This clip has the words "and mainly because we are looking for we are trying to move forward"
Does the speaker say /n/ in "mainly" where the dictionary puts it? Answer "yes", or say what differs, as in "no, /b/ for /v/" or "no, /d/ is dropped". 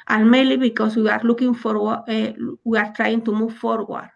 no, /n/ is dropped